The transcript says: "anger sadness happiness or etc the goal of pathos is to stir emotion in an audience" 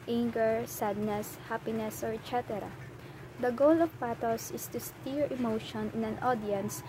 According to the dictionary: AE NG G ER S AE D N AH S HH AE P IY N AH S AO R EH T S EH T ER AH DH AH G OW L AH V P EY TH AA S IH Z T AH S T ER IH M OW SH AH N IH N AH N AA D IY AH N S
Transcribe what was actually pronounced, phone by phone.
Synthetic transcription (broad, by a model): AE NG G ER S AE D N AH S HH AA P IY N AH S AO R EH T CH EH T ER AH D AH G OW L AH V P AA T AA S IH S T AH S T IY IH M OW SH AH N IH N AH N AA D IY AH N S